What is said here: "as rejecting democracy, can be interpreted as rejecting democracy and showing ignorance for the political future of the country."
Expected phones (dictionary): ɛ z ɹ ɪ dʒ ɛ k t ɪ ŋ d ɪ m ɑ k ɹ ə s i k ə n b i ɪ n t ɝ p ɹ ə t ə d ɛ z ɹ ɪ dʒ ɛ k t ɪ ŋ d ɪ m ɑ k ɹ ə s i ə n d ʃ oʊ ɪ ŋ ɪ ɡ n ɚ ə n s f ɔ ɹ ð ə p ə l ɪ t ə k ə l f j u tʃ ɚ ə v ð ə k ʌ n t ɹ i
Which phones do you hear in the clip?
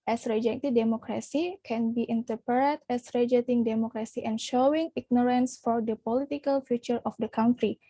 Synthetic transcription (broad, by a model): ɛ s ɹ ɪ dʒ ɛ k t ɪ d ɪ m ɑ k ɹ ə s i k ə n b i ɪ n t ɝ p ə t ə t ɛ s ɹ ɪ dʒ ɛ t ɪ ŋ d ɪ m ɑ k ɹ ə s i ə n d ʃ oʊ ɪ ŋ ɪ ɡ n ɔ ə n s f ɔ ɹ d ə p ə l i t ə k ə l f j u tʃ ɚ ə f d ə k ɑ n t ɹ i